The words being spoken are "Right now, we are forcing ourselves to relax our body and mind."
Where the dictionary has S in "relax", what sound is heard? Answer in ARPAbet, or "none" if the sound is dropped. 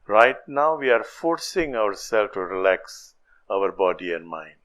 S